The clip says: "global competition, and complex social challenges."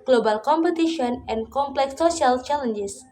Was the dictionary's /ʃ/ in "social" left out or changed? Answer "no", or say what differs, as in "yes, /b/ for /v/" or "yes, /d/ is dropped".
yes, /ʃ/ is dropped